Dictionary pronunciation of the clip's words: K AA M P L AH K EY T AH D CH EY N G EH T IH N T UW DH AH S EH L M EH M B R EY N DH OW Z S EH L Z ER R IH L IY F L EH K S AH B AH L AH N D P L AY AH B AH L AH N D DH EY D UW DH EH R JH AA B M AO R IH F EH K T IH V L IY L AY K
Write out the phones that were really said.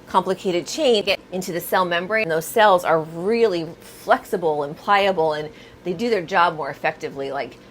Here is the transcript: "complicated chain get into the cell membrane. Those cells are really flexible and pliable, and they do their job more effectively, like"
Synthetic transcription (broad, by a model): K AA M P L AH K EY T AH D CH EY N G EH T IH N T UW DH AH S EH L M EH M B R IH N DH OW Z S EH L Z ER R IH L IY F L EH K S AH B L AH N P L AY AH B L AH N DH EY D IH DH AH R JH AA B M AO R IH F EH K T IH V L IY L AY K